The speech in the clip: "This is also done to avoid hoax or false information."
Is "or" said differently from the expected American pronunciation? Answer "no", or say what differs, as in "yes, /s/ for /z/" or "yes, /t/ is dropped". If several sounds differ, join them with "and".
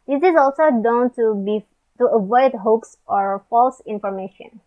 no